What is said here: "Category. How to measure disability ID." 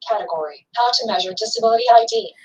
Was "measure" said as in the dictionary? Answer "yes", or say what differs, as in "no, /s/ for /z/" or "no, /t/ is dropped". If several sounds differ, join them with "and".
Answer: yes